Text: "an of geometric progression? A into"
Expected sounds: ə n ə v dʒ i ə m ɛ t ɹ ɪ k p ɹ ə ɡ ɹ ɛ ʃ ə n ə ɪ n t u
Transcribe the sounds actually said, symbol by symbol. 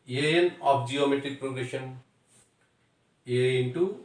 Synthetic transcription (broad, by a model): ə n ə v dʒ i ə m ɛ t ɹ ɪ k p ɹ ə ɡ ɹ ɛ ʃ ə n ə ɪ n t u